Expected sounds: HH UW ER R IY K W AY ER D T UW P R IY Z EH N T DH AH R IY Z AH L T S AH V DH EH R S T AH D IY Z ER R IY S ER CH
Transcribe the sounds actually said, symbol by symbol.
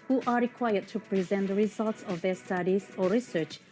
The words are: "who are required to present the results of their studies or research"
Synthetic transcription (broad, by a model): HH UW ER R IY K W AY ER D T UW P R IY Z EH N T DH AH R IY Z AH L T S AH V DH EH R S T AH D IY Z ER R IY S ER CH